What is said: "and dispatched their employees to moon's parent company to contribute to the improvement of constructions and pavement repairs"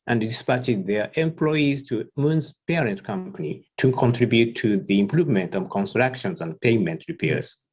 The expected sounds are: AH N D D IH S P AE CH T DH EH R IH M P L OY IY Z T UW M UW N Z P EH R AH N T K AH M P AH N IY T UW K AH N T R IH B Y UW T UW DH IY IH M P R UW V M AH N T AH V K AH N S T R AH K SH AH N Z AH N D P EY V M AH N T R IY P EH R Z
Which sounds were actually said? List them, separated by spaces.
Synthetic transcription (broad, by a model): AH N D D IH S P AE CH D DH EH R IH M P L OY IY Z T UW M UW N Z P EH R AH N T K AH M P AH N IY T UW K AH N T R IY B Y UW T UW DH IY IH M P R UW V M AH N T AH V K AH N S T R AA K SH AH N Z AH N D P EY M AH N T R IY P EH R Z